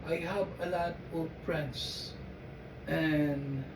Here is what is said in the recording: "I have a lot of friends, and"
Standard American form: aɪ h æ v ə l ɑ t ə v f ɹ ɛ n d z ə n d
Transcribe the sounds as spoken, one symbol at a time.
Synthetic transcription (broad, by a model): aɪ h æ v ə l ɑ t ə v p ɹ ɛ n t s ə n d